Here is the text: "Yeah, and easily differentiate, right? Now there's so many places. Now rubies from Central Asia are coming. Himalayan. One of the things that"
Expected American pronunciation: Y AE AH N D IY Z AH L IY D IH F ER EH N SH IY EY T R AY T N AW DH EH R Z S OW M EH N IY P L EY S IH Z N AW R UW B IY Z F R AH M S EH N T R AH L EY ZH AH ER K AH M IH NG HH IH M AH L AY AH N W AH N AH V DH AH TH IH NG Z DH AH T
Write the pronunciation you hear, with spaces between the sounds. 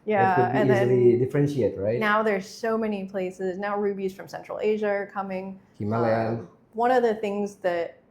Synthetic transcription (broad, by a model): Y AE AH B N IY Z AH L IY D IH F ER EH N SH IY EY T R AY T N AW DH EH R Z S OW M EH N IY P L EY S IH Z N AW R UW B IY Z F R AH M S EH N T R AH L EY ZH AH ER K AH M IH NG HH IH M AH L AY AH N W AH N AH V DH AH TH IH NG Z DH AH T